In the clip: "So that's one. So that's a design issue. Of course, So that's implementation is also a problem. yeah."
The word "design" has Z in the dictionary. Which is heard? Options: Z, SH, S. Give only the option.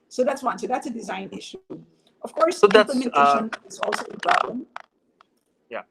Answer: Z